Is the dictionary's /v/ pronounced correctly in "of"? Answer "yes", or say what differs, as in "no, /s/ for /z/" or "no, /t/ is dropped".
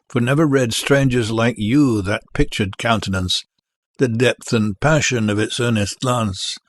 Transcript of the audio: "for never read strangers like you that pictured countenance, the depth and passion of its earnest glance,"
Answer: yes